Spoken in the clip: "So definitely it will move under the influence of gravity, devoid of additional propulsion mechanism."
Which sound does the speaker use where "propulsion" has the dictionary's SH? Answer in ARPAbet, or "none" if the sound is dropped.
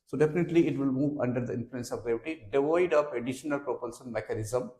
S